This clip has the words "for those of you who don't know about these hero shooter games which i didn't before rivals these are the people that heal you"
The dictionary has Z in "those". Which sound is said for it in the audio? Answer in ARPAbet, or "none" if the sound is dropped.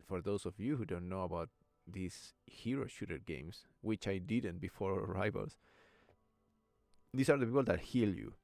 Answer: S